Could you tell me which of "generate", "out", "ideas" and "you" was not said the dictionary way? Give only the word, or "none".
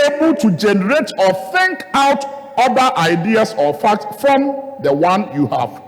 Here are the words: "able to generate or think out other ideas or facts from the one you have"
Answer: ideas